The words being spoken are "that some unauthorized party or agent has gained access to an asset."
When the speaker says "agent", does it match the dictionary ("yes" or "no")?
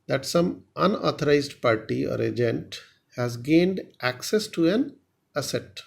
yes